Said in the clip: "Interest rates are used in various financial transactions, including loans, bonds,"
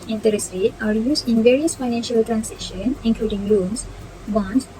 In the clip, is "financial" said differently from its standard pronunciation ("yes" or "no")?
no